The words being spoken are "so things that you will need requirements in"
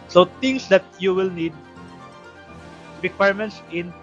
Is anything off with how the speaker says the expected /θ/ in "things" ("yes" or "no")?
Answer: yes